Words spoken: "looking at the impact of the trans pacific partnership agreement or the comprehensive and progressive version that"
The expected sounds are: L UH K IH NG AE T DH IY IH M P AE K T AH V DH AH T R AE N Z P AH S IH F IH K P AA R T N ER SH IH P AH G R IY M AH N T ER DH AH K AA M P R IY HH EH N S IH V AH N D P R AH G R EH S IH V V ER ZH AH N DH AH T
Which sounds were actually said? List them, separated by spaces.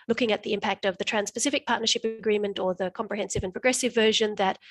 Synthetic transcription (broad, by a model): L UH K IH NG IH T DH IY IH M P AE K T AH V DH AH T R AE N S P AH S IH F IH K P AA R T N ER SH IH P AH G R IY M AH N T ER DH AH K AA M P R IY HH EH N S IH V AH N P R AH G R EH S IH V V ER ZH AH N DH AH T